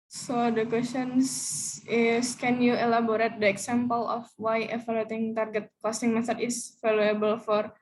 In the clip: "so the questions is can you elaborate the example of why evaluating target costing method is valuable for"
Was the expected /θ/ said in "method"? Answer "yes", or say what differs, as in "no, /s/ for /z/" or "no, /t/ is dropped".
no, /s/ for /θ/